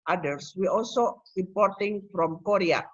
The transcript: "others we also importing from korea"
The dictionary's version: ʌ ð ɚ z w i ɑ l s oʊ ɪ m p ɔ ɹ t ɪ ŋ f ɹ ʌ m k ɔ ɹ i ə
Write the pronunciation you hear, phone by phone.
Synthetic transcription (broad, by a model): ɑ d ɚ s w i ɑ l s oʊ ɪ p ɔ ɹ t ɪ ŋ f ɹ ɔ m k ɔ ɹ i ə